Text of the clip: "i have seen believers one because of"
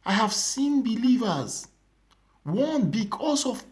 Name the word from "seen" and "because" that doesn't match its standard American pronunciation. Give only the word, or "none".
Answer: because